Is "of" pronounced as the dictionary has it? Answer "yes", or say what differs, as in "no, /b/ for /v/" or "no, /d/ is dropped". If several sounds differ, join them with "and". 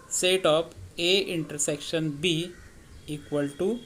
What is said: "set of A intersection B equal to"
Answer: no, /p/ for /v/